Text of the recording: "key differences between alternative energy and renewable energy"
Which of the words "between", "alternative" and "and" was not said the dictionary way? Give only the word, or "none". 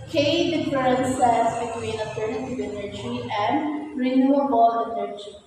alternative